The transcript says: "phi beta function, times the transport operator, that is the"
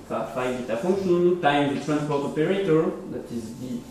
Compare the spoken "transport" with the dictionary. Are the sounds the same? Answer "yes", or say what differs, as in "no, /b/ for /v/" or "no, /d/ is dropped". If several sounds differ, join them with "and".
yes